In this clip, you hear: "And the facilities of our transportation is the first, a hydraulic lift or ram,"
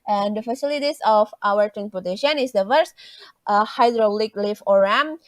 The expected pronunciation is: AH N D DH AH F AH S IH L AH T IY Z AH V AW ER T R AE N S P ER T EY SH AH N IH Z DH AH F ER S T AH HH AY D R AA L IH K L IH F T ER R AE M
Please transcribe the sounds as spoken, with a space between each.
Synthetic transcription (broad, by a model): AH N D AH F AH S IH L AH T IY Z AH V AW ER T R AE N S P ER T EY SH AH N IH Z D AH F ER S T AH HH AY D R AA L IH K L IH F AO R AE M